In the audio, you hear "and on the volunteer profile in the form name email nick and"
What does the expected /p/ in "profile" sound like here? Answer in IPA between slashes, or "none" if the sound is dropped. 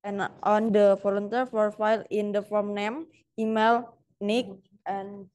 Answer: /f/